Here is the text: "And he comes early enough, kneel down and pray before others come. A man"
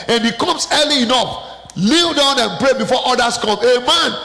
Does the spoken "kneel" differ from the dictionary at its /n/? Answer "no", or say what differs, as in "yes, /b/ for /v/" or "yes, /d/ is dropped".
yes, /l/ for /n/